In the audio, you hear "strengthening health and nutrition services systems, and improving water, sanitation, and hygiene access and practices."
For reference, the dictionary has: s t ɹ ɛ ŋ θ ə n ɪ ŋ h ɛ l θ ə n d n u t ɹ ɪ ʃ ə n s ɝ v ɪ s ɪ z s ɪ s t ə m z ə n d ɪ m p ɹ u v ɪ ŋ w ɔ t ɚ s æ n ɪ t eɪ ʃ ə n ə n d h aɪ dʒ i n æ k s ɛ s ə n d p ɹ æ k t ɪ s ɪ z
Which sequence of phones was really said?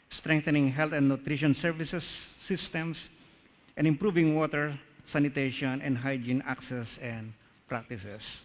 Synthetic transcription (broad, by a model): s t ɹ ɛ ŋ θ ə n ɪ ŋ h ɛ l t ə n d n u t ɹ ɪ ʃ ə n s ɝ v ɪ s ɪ s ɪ s t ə m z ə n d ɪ m p ɹ u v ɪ ŋ w ɔ t ɚ s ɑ n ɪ t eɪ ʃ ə n ə n d h aɪ dʒ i n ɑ k s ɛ s ə n d p ɹ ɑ k t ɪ s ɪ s